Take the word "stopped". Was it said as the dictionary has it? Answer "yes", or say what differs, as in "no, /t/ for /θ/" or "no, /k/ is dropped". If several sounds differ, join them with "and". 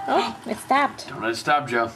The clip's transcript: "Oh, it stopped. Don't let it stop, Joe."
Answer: yes